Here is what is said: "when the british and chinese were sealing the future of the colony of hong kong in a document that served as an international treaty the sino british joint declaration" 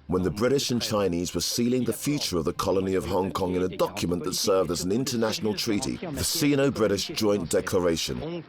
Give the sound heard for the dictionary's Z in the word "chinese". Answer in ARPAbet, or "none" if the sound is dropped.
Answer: Z